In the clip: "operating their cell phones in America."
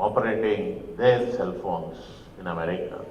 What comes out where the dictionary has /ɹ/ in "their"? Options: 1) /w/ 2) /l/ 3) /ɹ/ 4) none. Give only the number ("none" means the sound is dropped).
2